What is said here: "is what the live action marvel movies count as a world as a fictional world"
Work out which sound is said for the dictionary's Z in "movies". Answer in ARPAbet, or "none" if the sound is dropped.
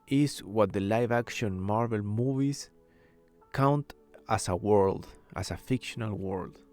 S